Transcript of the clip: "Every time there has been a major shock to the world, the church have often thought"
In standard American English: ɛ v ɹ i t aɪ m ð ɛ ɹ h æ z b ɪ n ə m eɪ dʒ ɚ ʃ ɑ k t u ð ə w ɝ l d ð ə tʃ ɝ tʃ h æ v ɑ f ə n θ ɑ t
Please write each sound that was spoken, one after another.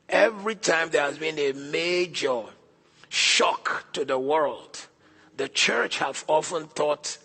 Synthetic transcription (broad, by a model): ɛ v ɹ i t aɪ m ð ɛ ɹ h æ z b ɪ n ə m eɪ dʒ ɚ ʃ ɑ k t u ð ə w ɝ l d ð ə tʃ ɝ tʃ h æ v ɑ f ə n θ ɑ t